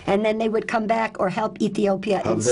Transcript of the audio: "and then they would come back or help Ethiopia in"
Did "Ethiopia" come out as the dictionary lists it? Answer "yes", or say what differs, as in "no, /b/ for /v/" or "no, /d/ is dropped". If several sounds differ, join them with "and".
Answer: yes